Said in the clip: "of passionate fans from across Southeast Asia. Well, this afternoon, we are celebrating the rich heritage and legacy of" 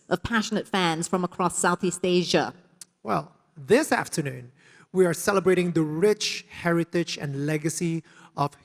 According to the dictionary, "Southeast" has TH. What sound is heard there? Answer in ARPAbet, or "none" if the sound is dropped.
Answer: TH